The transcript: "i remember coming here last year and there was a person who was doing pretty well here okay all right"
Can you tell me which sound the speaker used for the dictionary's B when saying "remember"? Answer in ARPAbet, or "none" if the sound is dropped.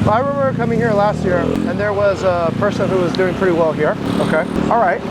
none